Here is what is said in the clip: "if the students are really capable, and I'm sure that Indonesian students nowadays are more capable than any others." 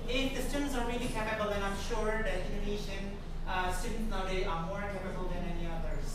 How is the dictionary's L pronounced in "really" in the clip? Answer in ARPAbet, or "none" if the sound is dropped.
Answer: L